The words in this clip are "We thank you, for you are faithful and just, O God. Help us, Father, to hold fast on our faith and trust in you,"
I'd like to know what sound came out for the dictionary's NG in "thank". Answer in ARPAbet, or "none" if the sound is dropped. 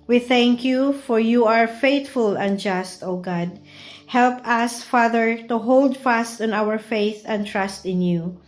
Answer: NG